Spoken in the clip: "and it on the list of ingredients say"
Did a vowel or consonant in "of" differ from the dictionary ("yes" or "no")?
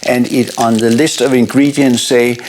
no